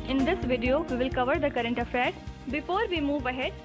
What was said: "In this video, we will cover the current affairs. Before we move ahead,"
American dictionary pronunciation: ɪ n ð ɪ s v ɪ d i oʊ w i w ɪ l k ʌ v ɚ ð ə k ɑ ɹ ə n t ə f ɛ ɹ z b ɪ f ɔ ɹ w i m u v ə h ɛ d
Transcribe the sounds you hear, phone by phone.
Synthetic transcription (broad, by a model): ɪ n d ɪ s v ɪ d i oʊ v i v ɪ l k ʌ v ɚ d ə k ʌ ɹ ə n t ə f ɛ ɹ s b ɪ f ɔ ɹ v i m u v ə h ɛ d